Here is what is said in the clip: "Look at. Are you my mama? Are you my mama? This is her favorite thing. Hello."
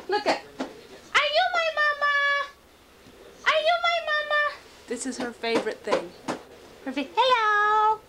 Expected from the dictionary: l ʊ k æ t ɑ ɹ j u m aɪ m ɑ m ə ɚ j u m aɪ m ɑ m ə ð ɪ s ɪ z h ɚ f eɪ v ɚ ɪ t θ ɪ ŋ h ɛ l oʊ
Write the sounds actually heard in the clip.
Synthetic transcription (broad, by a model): l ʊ k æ t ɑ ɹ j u m aɪ m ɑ m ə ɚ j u m aɪ m ɑ m ə ð ɪ s ɪ z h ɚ f eɪ v ɚ ɪ t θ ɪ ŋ h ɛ l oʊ